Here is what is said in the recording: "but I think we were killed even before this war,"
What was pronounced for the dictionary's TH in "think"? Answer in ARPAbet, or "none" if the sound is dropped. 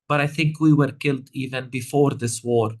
TH